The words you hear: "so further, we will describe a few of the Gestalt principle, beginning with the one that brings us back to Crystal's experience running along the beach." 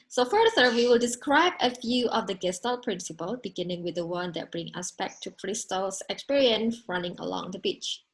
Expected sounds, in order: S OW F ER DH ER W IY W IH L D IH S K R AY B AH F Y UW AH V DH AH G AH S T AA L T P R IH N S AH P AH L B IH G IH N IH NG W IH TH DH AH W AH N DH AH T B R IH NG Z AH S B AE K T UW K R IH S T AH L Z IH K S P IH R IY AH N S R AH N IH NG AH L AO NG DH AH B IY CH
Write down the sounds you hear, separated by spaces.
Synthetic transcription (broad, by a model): S OW F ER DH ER W IY W IH L D IH S K R AY B AH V Y UW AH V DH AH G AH S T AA L P R IH N S AH P AH L B IH G IH N IH NG W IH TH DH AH W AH N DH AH T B R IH NG AH S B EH K T UW K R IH S T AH L S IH K S P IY R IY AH N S R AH N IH NG AH L AO NG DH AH B IY CH